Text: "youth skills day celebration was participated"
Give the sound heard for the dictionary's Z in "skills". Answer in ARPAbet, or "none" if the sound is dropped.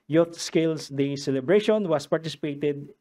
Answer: S